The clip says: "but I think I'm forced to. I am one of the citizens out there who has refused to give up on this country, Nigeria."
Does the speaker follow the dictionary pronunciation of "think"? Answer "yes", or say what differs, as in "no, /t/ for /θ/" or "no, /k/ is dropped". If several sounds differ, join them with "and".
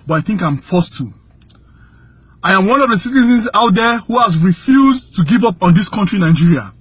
yes